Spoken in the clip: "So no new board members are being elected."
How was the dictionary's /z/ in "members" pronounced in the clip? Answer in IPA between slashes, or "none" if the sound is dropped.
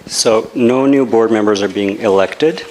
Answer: /z/